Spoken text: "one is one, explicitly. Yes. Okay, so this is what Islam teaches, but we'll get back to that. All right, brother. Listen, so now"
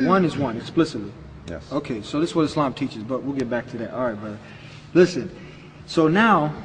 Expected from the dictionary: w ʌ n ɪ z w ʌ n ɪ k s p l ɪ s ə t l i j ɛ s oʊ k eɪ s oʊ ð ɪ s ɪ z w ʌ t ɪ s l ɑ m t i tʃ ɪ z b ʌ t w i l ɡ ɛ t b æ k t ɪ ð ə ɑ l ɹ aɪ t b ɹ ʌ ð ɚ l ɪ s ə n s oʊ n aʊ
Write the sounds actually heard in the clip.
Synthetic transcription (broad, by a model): w ʌ n ɪ z w ʌ n ɪ k s p l ɪ s ə t l i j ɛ oʊ k eɪ s oʊ ð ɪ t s w ʌ t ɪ s l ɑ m t i tʃ ɪ z b ʌ t w i l ɡ ɛ t b æ k t ɪ ð ə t ɹ aɪ t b ʌ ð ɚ l ɪ s ə n s oʊ n aʊ